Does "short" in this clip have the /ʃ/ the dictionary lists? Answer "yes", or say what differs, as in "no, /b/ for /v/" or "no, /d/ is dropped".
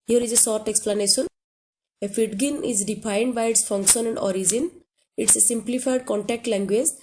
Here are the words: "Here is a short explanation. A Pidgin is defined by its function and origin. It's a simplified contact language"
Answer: no, /s/ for /ʃ/